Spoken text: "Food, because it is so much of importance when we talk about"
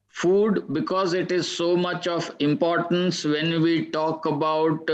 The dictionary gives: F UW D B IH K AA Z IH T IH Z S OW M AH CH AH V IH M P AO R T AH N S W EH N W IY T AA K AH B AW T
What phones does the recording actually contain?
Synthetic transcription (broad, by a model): F UW D B IH K AA Z IH T IH Z S OW M AH CH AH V IH M P AO R T AH N S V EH N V IY T AA K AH B AW T